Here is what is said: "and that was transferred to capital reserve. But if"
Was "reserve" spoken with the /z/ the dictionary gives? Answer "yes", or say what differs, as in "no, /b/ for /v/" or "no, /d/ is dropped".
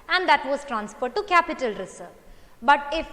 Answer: no, /s/ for /z/